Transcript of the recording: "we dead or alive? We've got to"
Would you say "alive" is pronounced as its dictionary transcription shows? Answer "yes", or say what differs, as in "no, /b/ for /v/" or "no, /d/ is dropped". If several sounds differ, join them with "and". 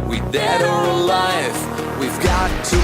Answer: no, /f/ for /v/